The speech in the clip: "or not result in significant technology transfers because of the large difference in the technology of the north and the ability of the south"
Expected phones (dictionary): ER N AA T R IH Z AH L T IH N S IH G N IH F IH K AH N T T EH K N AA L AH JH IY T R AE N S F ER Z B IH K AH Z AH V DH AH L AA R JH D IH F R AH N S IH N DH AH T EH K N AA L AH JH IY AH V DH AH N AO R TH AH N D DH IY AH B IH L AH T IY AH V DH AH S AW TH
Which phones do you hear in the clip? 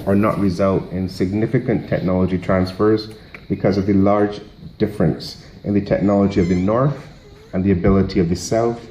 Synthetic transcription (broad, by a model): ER N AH T R IH Z AH L T IH N S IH G N IH F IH K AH N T T EH K N AA L AH JH IY T R AE N S F ER Z B IH K AH Z AH V DH AH L AA R JH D IH F R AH N S IH N DH AH T EH K N AA L AH JH IY AH V DH AH N AO R TH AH N DH IY AH B IH L AH T IY AH V DH AH S AW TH